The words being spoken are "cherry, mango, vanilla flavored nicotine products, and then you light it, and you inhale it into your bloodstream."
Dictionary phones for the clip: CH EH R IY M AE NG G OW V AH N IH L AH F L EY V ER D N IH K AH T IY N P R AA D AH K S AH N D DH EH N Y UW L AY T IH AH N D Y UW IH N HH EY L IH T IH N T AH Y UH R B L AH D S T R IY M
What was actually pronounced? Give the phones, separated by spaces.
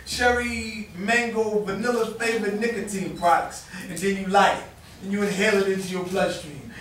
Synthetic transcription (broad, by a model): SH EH R IY M AE NG G OW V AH N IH L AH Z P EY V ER N IH K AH T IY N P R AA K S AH N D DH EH N Y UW L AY IH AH N Y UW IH HH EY L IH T IH N T AH Y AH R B L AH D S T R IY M